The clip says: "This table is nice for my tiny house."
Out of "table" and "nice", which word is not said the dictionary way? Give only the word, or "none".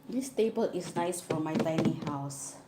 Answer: none